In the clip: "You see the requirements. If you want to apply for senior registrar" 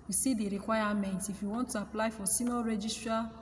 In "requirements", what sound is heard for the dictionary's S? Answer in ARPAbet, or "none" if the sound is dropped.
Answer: none